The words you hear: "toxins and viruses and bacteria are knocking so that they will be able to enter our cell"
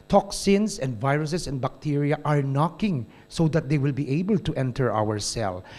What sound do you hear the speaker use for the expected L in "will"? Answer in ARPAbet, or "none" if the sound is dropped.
L